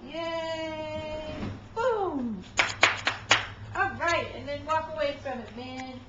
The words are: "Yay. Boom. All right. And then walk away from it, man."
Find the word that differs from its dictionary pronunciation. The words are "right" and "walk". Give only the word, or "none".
none